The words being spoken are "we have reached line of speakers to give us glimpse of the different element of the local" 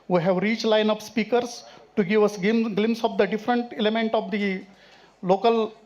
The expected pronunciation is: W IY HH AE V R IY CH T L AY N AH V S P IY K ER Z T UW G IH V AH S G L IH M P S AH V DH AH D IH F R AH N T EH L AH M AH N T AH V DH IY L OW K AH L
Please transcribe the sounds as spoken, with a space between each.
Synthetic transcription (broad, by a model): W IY HH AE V R IY CH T L AY N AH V S P IY K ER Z T UW G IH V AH S G L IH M S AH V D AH D IH F R AH N T EH L AH M AH N T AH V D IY L OW K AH L